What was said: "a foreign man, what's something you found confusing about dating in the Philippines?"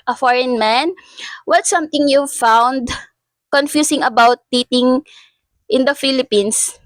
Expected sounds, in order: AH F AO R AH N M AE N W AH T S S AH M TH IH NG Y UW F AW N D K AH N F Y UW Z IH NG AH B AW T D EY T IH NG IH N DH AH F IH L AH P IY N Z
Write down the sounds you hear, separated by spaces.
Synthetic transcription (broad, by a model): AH F AO R AH N M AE N W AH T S S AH M T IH NG Y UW F AW N D K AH N F Y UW S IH NG AH B AW T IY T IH NG IH N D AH F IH L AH P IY N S